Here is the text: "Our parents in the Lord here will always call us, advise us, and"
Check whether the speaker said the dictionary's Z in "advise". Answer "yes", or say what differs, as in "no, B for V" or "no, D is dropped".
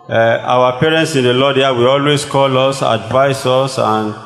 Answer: no, S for Z